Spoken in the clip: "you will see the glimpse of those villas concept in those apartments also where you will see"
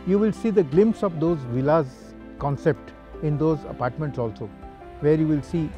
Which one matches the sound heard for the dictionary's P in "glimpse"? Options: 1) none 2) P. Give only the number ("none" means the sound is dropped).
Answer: 2